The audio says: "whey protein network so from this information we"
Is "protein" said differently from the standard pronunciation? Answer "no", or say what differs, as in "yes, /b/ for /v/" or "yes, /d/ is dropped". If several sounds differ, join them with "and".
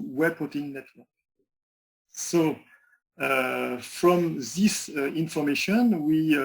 yes, /ɹ/ is dropped